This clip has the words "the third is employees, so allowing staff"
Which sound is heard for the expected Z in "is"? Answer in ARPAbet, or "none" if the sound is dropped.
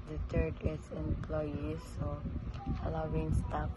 S